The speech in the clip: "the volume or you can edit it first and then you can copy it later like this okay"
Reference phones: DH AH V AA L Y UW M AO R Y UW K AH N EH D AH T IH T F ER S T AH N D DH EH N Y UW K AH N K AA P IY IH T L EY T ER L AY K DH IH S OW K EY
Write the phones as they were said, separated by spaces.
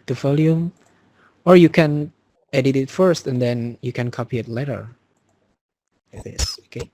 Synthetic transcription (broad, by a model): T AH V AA L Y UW M AO R Y UW K AH N EH D AH T IH T F ER S T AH N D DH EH N Y UW K AH N K AA P IY IH T L EY T ER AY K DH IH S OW K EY